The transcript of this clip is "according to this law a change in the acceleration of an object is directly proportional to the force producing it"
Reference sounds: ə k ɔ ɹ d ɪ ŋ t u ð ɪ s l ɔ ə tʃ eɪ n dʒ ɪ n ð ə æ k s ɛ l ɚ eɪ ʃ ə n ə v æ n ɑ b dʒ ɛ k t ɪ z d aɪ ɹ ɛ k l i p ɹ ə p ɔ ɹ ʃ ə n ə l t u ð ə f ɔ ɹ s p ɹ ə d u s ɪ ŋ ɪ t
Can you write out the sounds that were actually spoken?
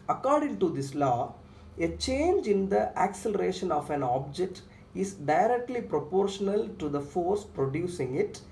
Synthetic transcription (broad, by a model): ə k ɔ ɹ d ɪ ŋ t u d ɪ s l ɔ ə tʃ eɪ n dʒ ɪ n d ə æ k s ɛ l ɚ eɪ ʃ ə n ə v æ n ɑ b dʒ ɛ k t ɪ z d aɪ ɹ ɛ k l i p ɹ ə p ɔ ɹ ʃ ə n ə l t u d ə f ɔ ɹ s p ɹ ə d u s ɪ ŋ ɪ t